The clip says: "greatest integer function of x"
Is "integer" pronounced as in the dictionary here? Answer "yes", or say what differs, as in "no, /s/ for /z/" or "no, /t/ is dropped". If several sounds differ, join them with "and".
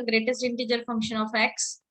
yes